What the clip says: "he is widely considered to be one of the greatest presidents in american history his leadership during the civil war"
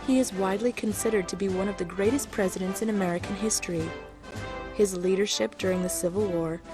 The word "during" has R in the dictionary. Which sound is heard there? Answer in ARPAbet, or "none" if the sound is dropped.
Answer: R